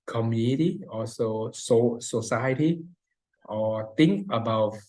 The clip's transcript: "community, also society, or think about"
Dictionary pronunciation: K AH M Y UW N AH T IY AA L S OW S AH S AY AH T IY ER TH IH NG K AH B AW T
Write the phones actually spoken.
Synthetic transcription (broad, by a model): K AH M Y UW N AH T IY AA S S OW S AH S AY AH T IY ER T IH NG K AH B AW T